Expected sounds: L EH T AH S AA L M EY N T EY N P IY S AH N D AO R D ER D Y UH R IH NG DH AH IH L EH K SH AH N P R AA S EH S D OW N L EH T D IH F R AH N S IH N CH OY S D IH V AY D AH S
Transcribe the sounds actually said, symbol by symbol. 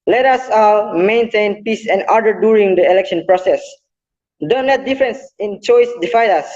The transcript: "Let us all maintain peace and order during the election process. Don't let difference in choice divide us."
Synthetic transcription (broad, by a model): L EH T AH S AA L M EY N T EY N P IY S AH N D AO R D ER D Y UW R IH NG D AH IH L EH K SH AH N P R AA S EH S D OW N L EH T D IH F R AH N S IH N CH OY S D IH F AY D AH S